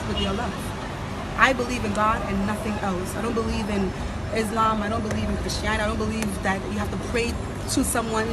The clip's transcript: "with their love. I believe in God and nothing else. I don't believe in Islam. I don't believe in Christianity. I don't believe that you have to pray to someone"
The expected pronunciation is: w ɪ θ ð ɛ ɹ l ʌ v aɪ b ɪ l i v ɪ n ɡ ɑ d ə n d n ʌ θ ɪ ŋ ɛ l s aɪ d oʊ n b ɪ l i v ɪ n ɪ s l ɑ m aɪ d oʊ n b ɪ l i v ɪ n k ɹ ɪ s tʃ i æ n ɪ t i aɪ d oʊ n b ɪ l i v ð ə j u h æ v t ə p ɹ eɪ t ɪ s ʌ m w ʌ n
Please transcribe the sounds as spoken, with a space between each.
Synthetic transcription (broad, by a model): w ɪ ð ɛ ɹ l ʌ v aɪ b ɪ l i v ɪ n ɡ ɑ d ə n n ʌ θ ɪ ŋ ɛ l s aɪ d oʊ n b ɪ l i v ɪ n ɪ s l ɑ m aɪ d oʊ n b ɪ l i v ɪ n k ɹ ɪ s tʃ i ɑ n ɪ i d oʊ n b ɪ l i v ð ə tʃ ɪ h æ f t ə p ɹ eɪ t ɪ s ʌ m w ʌ n